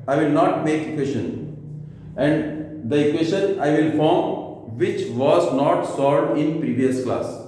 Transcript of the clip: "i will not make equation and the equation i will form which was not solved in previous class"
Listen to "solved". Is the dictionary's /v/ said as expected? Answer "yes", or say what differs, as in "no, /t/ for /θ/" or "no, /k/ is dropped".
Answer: no, /v/ is dropped